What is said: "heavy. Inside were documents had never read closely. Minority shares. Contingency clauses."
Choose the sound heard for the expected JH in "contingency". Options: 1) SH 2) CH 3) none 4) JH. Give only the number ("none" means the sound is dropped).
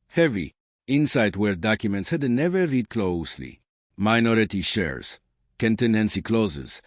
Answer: 3